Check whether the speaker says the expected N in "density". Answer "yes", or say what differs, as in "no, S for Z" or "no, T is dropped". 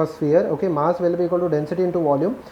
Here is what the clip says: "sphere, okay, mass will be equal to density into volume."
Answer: yes